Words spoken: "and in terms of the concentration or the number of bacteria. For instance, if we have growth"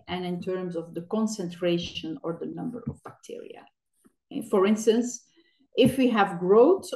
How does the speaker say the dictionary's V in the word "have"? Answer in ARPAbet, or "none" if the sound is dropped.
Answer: V